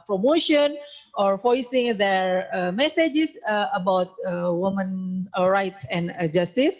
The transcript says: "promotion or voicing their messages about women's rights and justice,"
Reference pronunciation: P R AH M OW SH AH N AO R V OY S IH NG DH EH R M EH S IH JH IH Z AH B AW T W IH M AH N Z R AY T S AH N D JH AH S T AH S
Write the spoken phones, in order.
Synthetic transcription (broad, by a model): P R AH M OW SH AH N AO R F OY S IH NG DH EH R M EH S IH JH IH S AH B AW T W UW M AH N R AY T S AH N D JH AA S T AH S